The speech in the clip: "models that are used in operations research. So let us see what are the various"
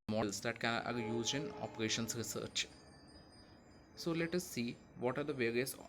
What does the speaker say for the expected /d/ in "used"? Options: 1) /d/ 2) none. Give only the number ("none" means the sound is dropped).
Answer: 2